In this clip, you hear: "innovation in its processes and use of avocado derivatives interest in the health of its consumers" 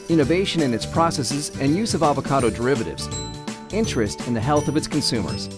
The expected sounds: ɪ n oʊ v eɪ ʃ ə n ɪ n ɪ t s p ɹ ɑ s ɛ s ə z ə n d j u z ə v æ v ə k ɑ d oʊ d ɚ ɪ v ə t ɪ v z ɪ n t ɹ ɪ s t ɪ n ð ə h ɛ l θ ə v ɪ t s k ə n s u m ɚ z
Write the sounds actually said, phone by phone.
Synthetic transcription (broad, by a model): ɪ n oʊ v eɪ ʃ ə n ɪ n ɪ t s p ɹ ɑ s ɛ s ə z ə n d j u z ə v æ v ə k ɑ d oʊ d ɚ ɪ v ə t ɪ v z ɪ n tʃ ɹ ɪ s t ɪ n ð ə h ɛ l θ ə v ɪ t s k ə n s u m ɚ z